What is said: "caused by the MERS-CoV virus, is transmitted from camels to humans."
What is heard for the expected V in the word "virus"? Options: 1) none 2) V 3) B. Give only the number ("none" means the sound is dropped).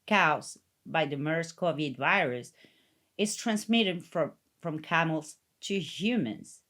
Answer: 2